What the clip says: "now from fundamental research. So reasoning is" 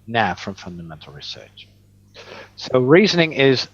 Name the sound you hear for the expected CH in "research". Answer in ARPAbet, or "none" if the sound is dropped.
CH